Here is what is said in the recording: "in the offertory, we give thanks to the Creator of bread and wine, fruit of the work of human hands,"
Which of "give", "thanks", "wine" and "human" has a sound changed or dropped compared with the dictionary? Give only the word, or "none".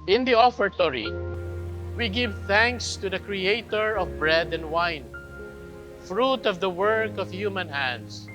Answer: none